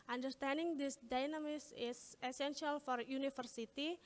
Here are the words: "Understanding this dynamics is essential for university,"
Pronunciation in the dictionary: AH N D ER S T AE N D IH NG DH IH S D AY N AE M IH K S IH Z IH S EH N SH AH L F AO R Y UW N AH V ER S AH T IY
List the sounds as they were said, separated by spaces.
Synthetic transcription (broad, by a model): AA N D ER S T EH N D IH NG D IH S D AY N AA M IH S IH S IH S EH N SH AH L F AO R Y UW N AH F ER S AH T IY